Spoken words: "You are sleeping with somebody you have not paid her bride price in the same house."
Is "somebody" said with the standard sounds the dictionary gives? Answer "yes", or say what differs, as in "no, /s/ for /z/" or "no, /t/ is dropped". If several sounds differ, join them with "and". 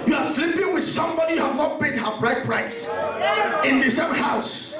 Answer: yes